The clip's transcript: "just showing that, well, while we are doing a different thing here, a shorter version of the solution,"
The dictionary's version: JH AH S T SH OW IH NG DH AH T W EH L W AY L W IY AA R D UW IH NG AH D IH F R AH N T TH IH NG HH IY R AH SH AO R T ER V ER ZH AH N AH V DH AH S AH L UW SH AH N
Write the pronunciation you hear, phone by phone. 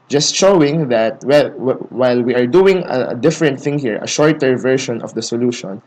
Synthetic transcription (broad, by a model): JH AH S T SH OW IH NG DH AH T W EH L W AY L W IY AA R D UW IH NG AH D IH F R AH N T TH IH NG HH IY R AH SH AO R T ER V ER SH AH N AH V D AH S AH L UW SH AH N